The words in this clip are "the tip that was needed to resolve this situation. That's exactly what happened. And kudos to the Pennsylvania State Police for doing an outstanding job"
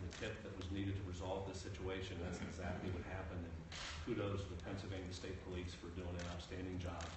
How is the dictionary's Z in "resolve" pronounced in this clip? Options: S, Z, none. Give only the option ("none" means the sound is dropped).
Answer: Z